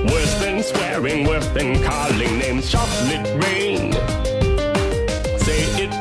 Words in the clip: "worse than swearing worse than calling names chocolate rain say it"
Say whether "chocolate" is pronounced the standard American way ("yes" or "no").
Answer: no